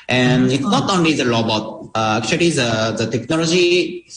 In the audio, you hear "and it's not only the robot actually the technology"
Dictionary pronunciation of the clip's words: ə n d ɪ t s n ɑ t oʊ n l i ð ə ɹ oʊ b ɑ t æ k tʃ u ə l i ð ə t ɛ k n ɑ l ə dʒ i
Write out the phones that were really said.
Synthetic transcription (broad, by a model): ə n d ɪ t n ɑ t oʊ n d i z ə l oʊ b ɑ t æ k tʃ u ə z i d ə t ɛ k n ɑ l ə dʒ i